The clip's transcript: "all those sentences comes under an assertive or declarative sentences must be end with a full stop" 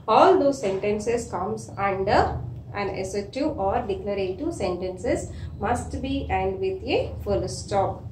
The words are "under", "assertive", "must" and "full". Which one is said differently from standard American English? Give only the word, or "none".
assertive